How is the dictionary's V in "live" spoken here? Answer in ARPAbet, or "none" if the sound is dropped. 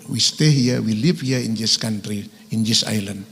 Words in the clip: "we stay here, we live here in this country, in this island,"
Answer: P